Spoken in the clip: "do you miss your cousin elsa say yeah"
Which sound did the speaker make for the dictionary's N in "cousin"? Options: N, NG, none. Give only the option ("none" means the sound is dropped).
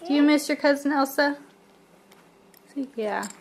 N